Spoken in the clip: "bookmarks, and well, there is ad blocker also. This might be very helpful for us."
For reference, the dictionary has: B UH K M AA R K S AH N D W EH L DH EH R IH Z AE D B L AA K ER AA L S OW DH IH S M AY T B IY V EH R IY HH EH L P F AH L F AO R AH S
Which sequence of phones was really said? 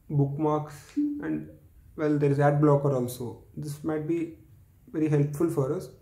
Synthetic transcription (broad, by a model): B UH K M AA R K S AH N D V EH L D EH R IH Z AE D B L AA K ER AA L S OW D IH S M AY T B IY V EH R IY HH EH L P F AH L F AO R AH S